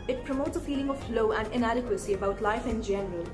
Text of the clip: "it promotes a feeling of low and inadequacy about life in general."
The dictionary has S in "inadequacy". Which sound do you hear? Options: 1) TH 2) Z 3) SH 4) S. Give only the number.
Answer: 4